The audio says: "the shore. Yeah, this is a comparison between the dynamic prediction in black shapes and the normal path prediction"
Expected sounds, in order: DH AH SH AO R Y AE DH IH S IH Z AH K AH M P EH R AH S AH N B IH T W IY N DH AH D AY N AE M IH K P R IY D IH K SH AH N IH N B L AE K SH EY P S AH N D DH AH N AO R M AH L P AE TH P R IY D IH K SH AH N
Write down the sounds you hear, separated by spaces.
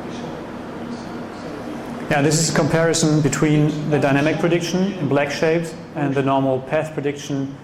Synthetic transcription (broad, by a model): Y AE DH IH S IH Z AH K AH M P EH R AH S AH N B IH T W IY N DH AH D AY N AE M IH K P R IY D IH K SH AH N IH N B L AE K SH EY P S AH N DH AH N AO R M L P AE TH P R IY D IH K SH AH N